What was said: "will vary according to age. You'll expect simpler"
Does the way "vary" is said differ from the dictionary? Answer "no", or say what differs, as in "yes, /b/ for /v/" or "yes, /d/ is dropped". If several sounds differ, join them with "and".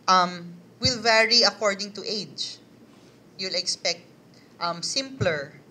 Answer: no